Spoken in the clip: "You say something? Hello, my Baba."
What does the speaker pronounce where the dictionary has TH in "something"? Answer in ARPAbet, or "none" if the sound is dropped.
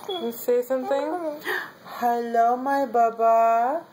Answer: T